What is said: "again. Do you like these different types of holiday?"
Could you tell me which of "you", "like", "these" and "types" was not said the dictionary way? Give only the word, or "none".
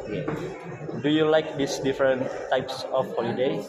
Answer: these